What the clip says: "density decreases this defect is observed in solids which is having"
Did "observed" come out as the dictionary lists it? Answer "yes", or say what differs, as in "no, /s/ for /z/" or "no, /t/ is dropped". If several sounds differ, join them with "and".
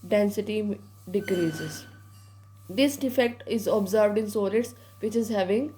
yes